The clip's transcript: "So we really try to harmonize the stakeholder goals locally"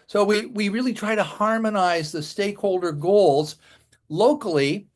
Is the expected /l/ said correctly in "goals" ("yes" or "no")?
yes